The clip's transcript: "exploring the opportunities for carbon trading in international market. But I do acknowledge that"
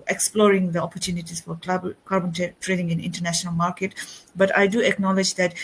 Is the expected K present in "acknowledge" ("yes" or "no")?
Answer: yes